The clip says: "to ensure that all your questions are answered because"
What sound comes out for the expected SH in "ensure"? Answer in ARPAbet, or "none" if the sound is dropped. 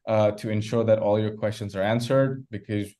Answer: SH